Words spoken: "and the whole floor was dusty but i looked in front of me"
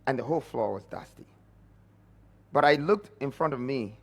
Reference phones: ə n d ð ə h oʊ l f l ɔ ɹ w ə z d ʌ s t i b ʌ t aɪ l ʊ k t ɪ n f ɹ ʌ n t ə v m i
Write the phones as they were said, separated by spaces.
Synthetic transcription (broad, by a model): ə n ð ə h oʊ l f l ɔ ɹ w ə z d ʌ s t i b ʌ t aɪ l ʊ k t ɪ n f ɹ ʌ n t ə v m i